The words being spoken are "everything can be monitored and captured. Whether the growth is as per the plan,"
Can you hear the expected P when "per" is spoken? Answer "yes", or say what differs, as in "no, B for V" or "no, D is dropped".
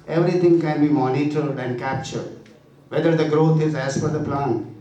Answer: no, F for P